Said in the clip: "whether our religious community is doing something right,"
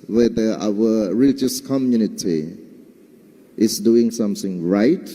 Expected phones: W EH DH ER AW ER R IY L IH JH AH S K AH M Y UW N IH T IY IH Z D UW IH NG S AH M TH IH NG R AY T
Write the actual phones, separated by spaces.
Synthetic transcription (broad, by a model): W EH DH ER AW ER R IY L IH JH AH S K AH M Y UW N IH T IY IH S D UW IH NG S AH M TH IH NG R AY T